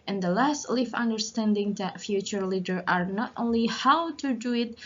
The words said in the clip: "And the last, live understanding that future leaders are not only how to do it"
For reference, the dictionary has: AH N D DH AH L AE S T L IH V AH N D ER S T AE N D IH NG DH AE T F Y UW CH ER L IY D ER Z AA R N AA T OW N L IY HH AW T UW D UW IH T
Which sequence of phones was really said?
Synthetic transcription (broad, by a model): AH N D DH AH L AE S T L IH F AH N D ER S T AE N D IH NG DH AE T F Y UW CH ER L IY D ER AA R N AA T OW N L IY HH AW T UW D UW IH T